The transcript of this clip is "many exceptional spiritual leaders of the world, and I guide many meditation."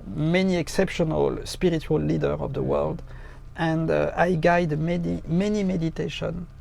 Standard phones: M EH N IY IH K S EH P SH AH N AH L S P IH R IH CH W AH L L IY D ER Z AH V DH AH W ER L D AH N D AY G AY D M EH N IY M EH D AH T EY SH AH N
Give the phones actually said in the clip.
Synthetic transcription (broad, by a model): M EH N IY IH K S EH P SH AH N AH L S P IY R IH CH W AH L L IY D ER AH V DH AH W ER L D AH N D AY G AY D M EH N IY M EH D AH T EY SH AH N